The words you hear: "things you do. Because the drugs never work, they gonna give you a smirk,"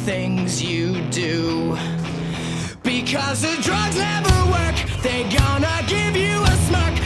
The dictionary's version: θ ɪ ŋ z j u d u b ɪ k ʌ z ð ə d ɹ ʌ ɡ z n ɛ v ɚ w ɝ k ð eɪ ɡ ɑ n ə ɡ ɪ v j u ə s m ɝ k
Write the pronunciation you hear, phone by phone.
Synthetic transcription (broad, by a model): θ ɪ ŋ z j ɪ d u b ɪ k ʌ z ð ə d ɹ ʌ ɡ z n ɛ v ɚ w ɝ k ð eɪ ɡ ɑ n ə ɡ ɪ v j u ə s m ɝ k